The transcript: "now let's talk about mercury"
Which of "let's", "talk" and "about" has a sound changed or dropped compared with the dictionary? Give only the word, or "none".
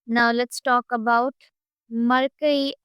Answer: none